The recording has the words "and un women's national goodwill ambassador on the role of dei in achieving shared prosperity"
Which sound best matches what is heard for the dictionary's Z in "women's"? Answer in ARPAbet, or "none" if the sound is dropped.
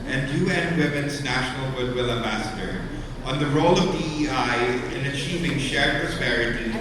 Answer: Z